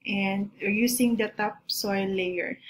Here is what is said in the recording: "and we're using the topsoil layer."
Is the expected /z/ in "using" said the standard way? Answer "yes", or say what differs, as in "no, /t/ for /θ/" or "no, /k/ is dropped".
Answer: no, /s/ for /z/